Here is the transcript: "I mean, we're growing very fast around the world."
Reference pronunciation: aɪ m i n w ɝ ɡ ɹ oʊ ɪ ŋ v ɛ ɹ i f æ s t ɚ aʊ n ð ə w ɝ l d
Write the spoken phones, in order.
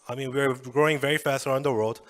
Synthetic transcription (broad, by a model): aɪ m i n w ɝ ɡ ɹ oʊ ɪ ŋ v ɛ ɹ i f æ s t ɚ aʊ n ð ə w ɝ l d